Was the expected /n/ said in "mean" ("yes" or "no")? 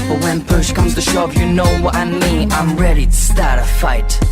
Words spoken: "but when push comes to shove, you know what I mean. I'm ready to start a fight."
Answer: no